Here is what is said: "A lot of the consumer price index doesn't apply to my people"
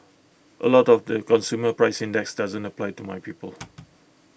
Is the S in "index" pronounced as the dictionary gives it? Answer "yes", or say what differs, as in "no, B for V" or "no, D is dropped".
yes